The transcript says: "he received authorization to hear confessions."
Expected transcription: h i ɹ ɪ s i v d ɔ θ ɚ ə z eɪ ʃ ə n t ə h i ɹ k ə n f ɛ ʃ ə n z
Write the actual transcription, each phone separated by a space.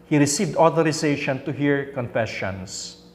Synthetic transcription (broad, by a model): h i ɹ ɪ s i v d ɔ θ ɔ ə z eɪ ʃ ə n t ə h i ɹ k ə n f ɛ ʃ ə n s